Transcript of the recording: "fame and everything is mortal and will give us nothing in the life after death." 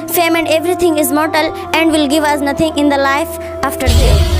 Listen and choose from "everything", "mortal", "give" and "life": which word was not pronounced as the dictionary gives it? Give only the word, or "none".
everything